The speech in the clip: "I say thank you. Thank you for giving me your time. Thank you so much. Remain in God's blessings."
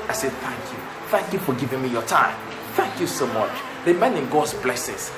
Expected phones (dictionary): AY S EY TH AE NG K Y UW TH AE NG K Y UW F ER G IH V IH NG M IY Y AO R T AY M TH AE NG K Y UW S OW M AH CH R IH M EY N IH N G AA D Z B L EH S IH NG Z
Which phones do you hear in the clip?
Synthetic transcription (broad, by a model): AY S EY TH AE NG K Y UW TH AE NG K Y UW F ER G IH V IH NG M IY Y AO T AY M TH AE NG K Y UW S OW M AH CH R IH M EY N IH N G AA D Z B L EH S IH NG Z